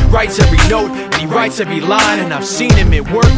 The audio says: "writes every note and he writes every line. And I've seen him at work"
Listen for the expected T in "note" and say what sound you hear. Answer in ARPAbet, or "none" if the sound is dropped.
T